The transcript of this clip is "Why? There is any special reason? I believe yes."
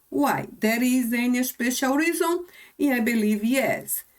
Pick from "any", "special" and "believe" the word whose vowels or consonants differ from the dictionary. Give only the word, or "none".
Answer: special